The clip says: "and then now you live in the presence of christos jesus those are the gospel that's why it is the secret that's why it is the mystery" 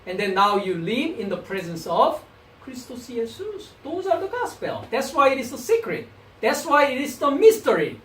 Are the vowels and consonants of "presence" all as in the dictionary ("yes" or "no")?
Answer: yes